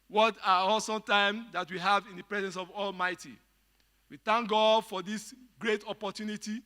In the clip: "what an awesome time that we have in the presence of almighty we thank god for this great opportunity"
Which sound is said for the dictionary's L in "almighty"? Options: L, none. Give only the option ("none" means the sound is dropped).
L